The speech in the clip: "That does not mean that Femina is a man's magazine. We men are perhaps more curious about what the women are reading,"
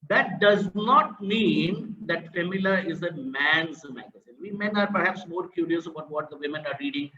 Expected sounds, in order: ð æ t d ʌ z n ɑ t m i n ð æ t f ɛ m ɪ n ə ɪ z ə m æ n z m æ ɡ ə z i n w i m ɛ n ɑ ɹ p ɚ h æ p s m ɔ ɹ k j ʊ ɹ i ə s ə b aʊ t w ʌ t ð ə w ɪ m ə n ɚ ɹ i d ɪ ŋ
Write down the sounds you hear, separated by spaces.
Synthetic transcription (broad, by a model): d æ t d ʌ z n ɑ t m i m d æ t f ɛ m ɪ l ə ɪ z ə m æ n z m æ ɡ ə z i n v i m ɛ n ɑ ɹ p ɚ h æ p s m ɔ ɹ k j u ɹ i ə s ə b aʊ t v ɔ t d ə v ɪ m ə n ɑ ɹ i d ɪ ŋ